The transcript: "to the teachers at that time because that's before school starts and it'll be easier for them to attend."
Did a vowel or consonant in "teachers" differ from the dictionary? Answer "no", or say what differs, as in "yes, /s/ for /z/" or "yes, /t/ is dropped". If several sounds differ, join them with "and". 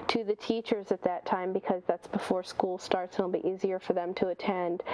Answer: no